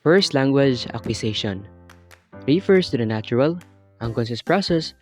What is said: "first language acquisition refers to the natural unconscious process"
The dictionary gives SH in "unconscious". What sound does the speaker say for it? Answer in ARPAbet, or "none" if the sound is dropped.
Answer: S